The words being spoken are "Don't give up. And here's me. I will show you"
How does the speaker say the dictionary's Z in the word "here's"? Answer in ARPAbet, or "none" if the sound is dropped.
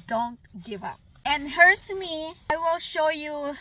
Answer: S